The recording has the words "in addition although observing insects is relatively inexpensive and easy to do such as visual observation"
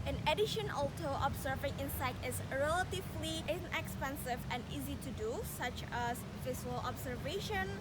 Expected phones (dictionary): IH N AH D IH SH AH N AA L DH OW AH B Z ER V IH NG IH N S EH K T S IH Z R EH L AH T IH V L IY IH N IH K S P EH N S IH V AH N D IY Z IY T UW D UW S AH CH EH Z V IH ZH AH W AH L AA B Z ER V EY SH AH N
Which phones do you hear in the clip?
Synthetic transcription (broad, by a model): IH N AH D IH SH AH N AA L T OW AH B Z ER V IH NG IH N S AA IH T IH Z R EH L AH T IH V L IY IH N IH K S P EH N S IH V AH N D IY Z IY T UW D UW S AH CH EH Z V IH S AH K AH L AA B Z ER V EY SH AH N